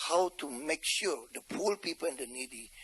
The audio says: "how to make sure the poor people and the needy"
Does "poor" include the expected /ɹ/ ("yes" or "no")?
no